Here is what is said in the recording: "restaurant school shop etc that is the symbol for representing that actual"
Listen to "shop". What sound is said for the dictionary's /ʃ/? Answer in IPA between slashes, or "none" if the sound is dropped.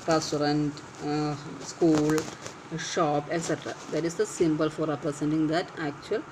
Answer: /ʃ/